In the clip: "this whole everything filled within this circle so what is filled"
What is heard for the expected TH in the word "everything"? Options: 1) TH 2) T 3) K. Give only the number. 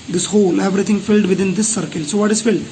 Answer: 2